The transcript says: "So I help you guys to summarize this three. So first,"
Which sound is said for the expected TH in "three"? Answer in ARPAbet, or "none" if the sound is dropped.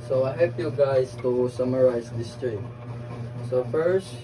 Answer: T